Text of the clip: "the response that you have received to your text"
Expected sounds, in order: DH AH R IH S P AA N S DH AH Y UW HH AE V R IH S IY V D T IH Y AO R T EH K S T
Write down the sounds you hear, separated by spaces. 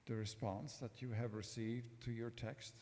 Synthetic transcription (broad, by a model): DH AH R IH S P AA N S DH AH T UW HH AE V R IH S IY V D T IH Y AO R T EH K S T